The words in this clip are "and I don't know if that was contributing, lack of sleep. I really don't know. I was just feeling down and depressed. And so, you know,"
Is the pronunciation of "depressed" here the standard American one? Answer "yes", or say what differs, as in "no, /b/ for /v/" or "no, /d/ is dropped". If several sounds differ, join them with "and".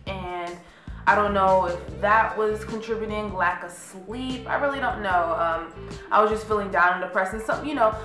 no, /t/ is dropped